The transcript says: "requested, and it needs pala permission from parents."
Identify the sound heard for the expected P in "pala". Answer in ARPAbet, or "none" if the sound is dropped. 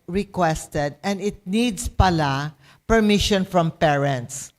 P